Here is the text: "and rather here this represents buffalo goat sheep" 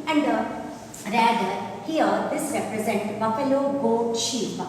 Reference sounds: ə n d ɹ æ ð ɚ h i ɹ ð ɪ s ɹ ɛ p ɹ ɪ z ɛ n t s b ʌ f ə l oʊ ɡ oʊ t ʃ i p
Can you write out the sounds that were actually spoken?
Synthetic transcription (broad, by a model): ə n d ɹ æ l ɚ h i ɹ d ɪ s ɹ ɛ p ɹ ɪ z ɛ n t b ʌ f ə l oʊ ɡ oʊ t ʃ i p